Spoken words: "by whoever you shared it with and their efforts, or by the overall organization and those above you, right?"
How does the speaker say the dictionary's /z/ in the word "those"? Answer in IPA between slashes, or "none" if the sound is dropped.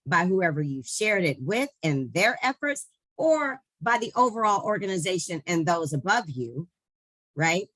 /z/